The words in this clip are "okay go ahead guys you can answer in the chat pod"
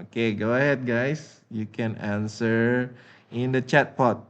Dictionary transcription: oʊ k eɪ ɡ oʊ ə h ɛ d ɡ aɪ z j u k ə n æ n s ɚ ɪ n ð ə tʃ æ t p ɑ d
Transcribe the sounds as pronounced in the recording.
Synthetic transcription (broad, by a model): oʊ k eɪ ɡ oʊ ə h ɛ d ɡ aɪ s j u k ə n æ n s ɚ ɪ n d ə tʃ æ t p ɑ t